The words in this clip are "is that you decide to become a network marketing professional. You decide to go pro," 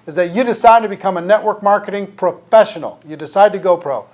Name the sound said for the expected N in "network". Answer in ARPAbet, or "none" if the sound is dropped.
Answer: N